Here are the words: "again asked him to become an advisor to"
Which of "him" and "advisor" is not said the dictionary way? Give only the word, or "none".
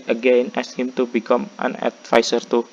advisor